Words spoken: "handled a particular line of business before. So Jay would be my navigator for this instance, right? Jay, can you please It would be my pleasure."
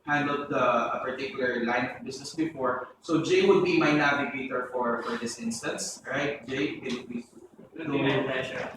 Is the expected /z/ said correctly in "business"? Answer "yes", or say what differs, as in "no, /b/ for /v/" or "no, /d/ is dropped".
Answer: no, /s/ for /z/